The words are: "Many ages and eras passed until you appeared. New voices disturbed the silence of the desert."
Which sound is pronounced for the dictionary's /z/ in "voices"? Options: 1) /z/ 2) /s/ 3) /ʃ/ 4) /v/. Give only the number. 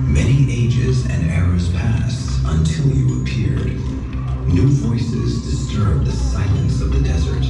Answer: 1